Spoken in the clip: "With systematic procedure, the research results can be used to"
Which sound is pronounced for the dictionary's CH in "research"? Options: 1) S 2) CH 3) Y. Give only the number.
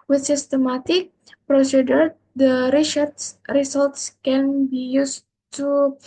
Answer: 1